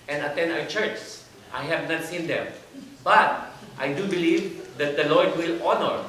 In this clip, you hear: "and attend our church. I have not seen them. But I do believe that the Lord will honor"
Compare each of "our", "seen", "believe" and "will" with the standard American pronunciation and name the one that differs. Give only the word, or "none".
our